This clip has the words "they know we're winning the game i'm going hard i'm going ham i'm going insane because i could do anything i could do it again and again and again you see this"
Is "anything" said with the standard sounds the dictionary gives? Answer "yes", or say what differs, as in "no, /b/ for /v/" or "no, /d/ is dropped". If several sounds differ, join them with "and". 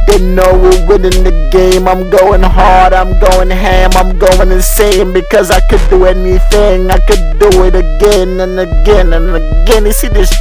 yes